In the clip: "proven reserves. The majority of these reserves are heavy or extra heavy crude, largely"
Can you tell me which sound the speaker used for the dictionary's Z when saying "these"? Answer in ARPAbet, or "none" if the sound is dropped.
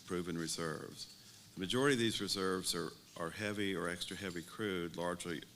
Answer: Z